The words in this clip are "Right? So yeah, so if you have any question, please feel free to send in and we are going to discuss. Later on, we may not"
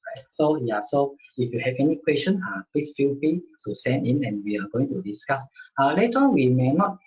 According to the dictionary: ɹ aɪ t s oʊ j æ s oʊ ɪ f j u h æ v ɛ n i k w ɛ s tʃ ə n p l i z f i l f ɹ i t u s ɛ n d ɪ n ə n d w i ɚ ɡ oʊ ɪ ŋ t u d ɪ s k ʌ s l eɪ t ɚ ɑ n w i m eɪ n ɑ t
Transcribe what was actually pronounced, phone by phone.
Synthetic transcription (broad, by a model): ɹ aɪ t s oʊ j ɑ s oʊ ɪ f j u h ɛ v ɛ n i k w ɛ s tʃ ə n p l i s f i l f i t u s ɛ n d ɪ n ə n w i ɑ ɡ oʊ ɪ ŋ t u d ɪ s k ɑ s l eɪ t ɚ ɑ n w i m eɪ n ɑ t